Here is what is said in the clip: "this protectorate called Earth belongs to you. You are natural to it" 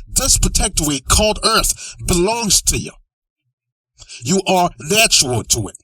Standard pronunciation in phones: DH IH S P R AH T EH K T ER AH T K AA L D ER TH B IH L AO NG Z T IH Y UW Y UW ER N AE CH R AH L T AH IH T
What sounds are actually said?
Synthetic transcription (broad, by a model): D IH S P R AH T EH K T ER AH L K AA L D ER TH B IH L AO NG Z T IH Y UW Y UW ER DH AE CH AH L T AH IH T